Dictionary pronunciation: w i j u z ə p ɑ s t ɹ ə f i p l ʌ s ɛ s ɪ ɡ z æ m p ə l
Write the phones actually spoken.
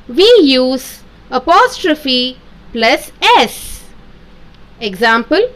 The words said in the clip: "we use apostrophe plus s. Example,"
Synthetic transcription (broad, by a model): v i j u z ə p ɑ s t ɹ ə f i p l ʌ s ɛ s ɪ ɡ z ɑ m p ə l